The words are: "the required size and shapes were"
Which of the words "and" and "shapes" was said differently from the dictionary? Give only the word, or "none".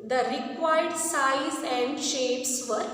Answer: none